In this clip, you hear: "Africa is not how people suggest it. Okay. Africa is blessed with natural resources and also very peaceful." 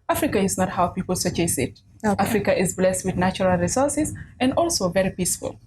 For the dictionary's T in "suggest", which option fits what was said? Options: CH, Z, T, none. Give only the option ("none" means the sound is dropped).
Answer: none